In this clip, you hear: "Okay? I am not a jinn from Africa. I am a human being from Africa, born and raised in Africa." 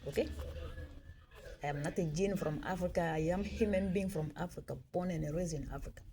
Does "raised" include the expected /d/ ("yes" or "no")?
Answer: no